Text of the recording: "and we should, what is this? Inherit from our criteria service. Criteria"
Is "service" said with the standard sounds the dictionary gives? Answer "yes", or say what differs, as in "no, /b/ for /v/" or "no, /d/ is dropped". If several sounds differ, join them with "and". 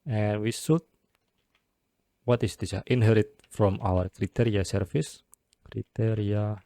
no, /f/ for /v/